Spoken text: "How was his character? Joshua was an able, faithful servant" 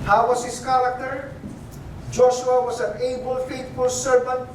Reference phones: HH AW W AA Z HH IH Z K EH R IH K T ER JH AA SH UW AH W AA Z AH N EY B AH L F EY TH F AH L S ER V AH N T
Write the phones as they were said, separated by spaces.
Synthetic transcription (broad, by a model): HH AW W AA S HH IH S K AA L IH T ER JH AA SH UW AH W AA S AH N EY B AH L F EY T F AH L S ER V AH N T